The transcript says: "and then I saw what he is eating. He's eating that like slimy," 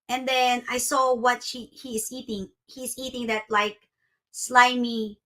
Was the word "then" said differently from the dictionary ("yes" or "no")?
no